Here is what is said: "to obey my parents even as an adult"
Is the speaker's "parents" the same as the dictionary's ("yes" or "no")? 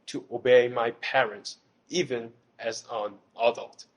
yes